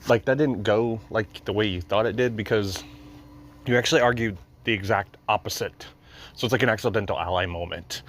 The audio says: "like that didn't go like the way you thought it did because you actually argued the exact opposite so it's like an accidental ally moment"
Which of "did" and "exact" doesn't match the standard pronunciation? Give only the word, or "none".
none